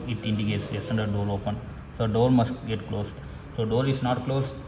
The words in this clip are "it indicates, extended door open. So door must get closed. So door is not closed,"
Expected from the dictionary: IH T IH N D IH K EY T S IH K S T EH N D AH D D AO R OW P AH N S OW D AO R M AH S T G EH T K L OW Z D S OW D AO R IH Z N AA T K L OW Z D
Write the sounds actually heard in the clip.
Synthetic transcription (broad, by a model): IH T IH N D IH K EY T S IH S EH N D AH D D AO R OW P AH N S OW D AO R M AH S T G EH T K L OW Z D S OW D AO R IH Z N AA T K L OW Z